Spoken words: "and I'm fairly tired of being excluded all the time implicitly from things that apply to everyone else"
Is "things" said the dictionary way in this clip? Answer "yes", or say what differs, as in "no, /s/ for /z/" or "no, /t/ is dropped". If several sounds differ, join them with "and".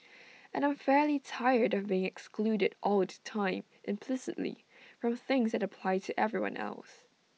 yes